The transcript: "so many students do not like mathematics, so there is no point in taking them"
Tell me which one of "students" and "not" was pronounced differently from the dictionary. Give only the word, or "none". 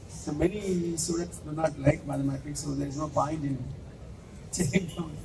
students